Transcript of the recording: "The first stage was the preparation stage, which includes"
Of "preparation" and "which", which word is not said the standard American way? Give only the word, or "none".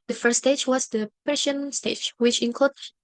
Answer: preparation